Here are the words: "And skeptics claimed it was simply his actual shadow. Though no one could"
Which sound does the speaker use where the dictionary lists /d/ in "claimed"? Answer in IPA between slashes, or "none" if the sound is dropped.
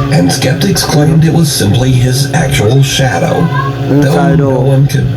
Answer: /d/